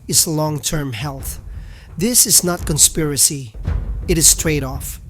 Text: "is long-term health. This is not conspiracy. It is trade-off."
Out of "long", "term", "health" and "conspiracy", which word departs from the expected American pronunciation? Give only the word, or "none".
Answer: none